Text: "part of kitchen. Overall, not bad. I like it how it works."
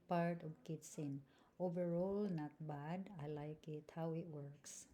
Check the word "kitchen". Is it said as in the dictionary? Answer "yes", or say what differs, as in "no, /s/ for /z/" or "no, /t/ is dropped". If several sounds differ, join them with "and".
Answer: no, /s/ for /tʃ/